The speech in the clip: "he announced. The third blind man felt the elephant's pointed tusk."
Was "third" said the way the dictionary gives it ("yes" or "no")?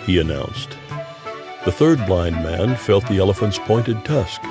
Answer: yes